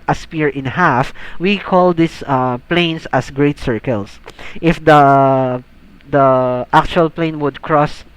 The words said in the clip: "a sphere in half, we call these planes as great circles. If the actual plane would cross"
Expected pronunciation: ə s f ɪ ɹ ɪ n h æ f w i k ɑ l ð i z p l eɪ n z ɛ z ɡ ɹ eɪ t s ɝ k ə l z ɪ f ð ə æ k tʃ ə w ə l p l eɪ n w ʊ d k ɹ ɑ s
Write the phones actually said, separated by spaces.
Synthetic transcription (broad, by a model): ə s p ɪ ɹ ɪ n h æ f w i k ɑ l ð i s p l eɪ n s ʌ s ɡ ɹ eɪ t s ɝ k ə l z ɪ f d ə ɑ k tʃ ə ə l p l eɪ n w ʊ d k ɹ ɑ s